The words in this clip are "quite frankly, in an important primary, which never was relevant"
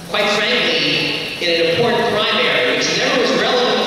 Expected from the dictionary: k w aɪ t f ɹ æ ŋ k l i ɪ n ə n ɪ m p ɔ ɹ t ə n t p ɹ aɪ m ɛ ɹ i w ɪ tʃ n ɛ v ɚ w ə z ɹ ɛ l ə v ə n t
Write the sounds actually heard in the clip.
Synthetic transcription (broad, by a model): k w aɪ t f ɹ æ ŋ k l i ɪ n ə n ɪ m p ɔ ɹ t n p ɹ aɪ m ɛ ɹ i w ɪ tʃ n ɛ b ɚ w ə z ɹ ɛ l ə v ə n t